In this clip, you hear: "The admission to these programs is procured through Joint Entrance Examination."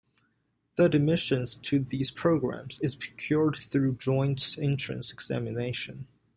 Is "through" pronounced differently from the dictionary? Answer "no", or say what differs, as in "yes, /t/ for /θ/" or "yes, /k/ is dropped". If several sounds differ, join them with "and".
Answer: no